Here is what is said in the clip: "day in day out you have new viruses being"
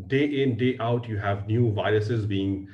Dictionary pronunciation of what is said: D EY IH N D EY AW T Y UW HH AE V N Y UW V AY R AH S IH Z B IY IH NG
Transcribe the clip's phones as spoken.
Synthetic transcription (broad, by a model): D EY IH N D EY AW T Y UW HH AE V N Y UW V AY R AH S IH Z B IY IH NG